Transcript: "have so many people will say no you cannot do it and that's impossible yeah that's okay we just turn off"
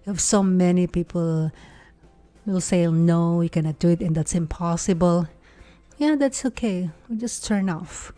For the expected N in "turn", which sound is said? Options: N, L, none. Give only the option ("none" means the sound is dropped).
N